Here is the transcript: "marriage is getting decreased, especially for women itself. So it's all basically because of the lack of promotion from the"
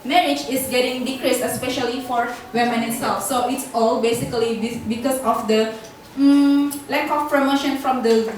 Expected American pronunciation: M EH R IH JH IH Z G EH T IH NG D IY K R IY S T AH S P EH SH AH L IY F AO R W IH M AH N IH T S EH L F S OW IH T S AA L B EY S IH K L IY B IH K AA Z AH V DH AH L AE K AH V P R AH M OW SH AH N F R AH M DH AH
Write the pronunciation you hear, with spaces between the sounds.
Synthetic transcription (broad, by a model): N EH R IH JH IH S G EH T IH NG D IY K R IY S T AH S P EH SH AH L IY F AO R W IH M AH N IH T S EH L F S OW IH T S AA L B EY S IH K L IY B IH K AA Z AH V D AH L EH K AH F P R AH M OW SH AH N F R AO M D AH